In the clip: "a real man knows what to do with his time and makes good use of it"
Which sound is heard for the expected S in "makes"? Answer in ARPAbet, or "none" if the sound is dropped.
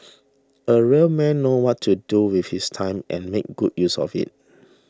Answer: none